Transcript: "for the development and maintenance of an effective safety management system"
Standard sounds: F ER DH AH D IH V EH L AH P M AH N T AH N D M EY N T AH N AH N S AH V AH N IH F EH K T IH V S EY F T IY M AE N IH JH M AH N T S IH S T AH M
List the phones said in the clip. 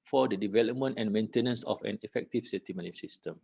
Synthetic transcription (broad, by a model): F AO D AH D IH V EH L AH P M AH N T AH N M EY N T AH N AH N S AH F AH N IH F EH K T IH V S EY T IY M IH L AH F S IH S T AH M